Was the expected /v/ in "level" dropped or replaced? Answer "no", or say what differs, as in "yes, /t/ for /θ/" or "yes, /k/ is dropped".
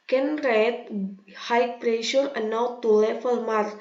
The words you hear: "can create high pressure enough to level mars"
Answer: yes, /f/ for /v/